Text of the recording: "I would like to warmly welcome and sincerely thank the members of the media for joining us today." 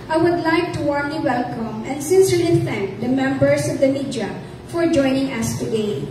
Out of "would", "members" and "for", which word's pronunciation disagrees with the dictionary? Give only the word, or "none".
members